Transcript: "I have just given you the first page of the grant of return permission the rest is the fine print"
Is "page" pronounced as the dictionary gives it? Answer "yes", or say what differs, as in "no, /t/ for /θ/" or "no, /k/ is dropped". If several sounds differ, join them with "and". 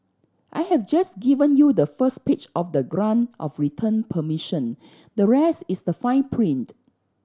no, /tʃ/ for /dʒ/